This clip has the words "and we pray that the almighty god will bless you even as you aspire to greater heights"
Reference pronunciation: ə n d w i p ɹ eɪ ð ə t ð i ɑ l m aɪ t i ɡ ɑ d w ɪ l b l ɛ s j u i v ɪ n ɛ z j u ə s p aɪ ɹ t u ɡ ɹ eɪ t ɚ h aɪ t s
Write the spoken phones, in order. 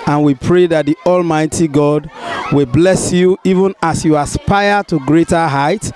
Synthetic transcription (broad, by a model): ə n w i p ɹ eɪ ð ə t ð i ɑ l m aɪ t i ɡ ɑ d w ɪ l b l ɛ s j u i v ɪ n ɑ s j u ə s p aɪ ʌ t u ɡ ɹ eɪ t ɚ h aɪ t